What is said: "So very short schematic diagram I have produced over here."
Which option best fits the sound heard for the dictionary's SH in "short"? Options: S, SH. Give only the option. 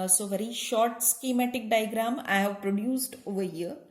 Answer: SH